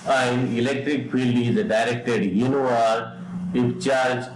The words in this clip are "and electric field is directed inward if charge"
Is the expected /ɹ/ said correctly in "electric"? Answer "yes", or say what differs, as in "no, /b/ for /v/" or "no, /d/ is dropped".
yes